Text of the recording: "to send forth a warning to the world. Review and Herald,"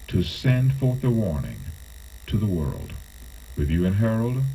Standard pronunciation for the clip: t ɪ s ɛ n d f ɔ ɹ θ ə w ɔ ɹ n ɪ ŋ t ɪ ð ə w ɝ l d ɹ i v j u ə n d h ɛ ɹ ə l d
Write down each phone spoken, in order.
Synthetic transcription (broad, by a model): t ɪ s ɛ n d f ɔ ɹ θ ə w ɔ ɹ n ɪ ŋ t ɪ ð ə w ɝ l d w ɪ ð j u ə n h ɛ ɹ l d